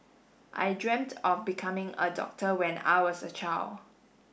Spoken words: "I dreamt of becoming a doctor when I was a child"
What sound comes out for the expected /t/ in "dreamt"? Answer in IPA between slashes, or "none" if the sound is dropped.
/t/